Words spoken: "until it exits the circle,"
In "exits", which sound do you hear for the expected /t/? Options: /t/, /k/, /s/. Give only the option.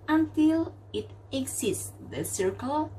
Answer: /s/